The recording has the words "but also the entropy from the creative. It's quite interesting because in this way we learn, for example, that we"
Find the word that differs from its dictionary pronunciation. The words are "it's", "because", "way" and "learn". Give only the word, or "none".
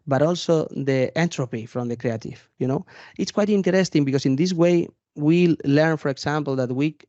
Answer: because